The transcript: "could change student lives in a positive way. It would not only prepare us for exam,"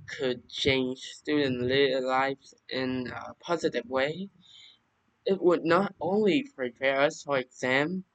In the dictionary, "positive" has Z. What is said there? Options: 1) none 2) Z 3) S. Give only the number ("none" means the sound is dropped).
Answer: 2